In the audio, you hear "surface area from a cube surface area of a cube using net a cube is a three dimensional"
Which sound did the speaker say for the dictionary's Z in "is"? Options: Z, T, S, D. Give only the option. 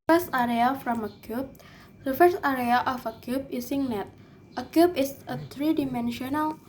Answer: S